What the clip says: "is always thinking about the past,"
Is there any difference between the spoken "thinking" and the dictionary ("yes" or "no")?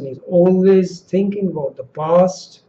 no